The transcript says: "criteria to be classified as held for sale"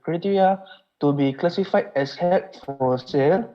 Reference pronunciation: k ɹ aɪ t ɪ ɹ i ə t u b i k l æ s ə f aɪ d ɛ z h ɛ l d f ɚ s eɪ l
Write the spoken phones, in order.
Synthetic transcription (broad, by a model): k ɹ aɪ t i ɹ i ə t u b i k l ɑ s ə f aɪ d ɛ s h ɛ d f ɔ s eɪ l